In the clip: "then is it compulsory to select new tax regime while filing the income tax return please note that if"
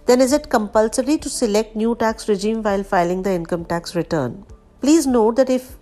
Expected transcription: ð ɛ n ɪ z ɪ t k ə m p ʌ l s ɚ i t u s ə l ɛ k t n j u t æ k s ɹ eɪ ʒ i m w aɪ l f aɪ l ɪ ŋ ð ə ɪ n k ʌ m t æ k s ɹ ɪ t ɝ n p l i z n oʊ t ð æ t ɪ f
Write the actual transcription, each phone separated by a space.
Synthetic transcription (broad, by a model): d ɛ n ɪ z ɪ t k ə m p ʌ l s ɚ i t u s ə l ɛ k t n j u t æ k s ɹ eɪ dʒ i m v aɪ l f aɪ l ɪ ŋ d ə ɪ n k ʌ m t æ k s ɹ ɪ t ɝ n p l i z n oʊ t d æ t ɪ f